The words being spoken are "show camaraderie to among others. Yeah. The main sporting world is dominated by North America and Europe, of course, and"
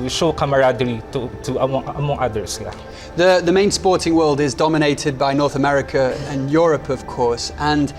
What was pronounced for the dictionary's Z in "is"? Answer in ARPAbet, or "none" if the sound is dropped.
Z